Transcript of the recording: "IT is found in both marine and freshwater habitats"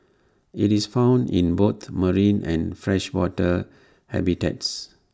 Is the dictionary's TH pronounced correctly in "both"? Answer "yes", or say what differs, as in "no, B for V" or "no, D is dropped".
no, T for TH